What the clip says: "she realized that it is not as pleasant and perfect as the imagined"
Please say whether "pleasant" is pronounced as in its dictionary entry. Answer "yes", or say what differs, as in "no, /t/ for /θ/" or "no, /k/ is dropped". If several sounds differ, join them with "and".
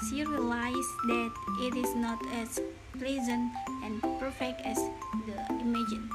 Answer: yes